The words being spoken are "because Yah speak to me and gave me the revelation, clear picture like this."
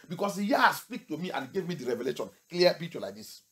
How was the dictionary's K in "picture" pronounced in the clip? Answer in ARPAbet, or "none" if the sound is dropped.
none